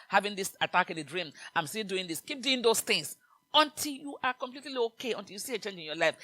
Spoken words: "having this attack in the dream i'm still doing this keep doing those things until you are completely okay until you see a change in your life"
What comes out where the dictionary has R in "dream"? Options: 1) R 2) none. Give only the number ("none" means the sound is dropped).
1